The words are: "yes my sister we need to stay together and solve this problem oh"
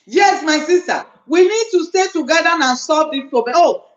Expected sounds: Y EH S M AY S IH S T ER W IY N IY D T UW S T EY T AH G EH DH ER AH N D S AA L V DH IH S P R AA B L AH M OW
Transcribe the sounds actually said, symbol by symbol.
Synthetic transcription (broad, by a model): Y EH S M AY S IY S T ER W IY N IY D T UW S T EY T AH G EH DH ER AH N S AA V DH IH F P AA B AH OW